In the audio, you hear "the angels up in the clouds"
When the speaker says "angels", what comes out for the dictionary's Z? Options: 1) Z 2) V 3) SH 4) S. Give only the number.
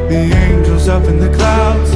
1